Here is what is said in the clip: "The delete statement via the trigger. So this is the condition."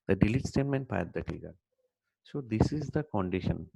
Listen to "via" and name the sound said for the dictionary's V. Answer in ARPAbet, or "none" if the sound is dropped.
P